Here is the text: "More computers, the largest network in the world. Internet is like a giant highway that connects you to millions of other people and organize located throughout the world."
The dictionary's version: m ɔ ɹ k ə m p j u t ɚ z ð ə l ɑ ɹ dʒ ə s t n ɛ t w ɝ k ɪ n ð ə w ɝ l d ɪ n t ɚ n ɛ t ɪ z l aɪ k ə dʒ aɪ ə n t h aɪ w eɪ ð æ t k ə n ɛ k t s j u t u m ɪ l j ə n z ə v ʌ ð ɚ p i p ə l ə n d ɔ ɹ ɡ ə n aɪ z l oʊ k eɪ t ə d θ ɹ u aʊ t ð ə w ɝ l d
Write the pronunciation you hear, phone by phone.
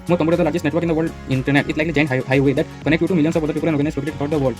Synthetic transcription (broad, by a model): m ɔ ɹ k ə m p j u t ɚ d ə l ɑ ɹ dʒ ə s t n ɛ t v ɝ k ɪ n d ə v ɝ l d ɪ n t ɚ n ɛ t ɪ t l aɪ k ə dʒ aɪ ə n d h aɪ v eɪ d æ t k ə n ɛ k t j u t u m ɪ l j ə n s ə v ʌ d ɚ p i p ə l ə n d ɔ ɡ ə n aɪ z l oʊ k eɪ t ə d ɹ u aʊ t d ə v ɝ l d